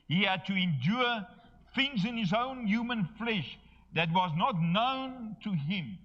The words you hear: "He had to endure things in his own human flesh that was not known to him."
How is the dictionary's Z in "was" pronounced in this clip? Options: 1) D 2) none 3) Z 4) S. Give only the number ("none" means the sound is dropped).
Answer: 3